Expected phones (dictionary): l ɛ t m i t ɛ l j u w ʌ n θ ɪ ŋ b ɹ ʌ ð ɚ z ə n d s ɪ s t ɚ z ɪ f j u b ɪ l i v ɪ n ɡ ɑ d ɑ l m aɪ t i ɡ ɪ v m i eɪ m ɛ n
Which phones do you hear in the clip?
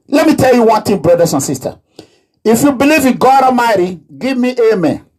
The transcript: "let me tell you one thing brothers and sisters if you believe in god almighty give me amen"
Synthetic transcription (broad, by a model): l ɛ t m i t ɛ l j u w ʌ n t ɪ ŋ b ɹ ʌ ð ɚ s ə n s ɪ s t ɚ ɪ f j u b ɪ l i v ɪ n ɡ ɑ d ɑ m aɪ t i ɡ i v m i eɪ m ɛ n